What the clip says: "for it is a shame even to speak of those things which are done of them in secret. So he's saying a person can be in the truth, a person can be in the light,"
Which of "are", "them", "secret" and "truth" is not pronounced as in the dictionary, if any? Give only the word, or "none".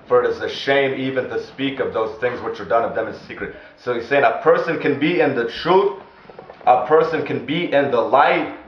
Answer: truth